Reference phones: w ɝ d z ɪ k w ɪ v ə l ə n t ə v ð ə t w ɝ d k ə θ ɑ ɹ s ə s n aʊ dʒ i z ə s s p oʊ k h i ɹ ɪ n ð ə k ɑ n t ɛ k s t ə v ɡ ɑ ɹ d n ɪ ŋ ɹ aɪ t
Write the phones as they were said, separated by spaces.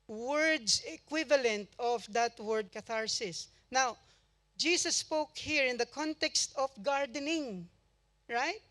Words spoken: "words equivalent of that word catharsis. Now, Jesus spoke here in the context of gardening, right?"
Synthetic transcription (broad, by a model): w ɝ d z ɪ k w ɪ v ə l ə n t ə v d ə t w ɝ d k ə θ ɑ ɹ s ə s n aʊ dʒ i s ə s s p oʊ k h i ɹ ɪ n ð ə k ɑ n t ɛ k s t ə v ɡ ɑ ɹ d n ɪ ŋ ɹ aɪ t